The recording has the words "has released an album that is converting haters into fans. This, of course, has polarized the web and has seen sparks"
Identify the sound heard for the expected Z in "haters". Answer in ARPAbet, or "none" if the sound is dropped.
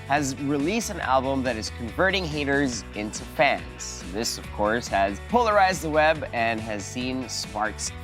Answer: Z